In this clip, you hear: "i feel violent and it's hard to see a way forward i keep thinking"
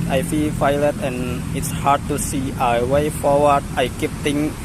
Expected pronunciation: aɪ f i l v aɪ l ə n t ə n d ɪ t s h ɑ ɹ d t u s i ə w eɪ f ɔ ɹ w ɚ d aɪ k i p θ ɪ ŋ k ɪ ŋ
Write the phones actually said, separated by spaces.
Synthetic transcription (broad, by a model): aɪ f i l f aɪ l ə t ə n ɪ t s h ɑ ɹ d t u s i ə w eɪ f ɔ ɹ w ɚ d aɪ k i p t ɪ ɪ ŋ